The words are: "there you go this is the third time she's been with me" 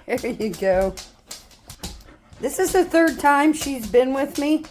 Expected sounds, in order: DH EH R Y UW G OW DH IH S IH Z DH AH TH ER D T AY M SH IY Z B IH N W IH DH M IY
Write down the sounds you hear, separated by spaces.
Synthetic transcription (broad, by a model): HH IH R Y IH G OW DH IH S IH Z DH AH TH ER D T AY M SH IY Z B IH N W IH DH M IY